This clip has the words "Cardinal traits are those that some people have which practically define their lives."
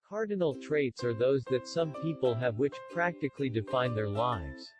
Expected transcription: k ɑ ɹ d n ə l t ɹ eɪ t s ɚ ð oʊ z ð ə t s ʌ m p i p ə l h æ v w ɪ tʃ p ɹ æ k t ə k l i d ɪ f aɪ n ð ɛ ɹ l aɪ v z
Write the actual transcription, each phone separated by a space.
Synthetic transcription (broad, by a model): k ɑ ɹ d n l t ɹ eɪ t s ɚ ð oʊ z ð ə t s ʌ m p i p ə l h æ v w ɪ tʃ p ɹ æ k t ə k l i d ɪ f aɪ n ð ɛ ɹ l aɪ v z